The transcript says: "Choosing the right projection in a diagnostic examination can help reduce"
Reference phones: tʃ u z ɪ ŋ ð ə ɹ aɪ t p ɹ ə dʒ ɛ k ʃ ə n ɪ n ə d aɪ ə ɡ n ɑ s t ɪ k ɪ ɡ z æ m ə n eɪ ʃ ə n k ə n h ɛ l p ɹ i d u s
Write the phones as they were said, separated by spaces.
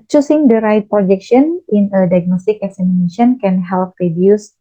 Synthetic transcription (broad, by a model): tʃ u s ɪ ŋ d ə ɹ aɪ t p ɹ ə dʒ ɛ k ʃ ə n ɪ n ə d aɪ ə ɡ n ɑ s t ɪ k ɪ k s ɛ m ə n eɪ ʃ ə n k ə n h ɛ l p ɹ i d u s